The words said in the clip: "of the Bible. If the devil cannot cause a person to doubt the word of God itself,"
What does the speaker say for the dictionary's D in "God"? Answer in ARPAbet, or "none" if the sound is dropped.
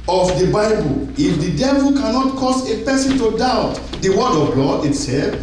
none